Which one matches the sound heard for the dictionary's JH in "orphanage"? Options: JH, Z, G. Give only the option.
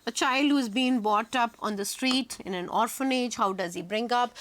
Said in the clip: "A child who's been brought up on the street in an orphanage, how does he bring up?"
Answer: JH